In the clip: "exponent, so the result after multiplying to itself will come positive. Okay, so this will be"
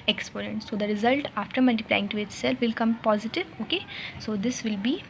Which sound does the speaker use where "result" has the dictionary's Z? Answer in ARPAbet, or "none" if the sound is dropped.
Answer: Z